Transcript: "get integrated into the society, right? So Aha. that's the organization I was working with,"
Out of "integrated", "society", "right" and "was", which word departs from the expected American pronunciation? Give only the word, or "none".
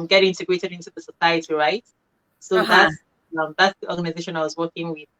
none